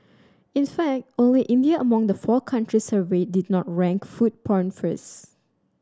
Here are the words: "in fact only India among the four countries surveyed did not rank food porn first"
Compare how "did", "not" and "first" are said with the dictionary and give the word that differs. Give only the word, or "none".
first